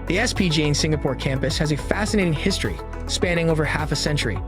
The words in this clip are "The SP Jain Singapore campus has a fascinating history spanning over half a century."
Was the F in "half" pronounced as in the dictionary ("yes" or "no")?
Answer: yes